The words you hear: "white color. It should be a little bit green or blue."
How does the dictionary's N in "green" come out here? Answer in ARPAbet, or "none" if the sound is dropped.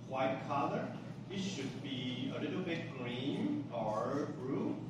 N